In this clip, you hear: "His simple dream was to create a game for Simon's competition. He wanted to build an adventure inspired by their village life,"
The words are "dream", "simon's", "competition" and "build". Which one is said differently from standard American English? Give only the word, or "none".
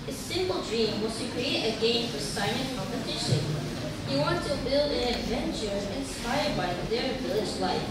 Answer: simon's